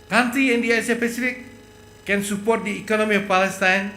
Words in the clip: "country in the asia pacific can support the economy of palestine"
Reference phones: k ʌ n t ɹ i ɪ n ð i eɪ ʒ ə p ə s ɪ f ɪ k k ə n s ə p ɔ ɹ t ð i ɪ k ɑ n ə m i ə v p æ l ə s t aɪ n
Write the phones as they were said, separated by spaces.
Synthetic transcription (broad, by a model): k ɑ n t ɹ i ɪ n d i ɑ s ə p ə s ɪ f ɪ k k ə n s ə p ɔ ɹ t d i ɪ k ɑ n ə m i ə f p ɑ l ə s t aɪ n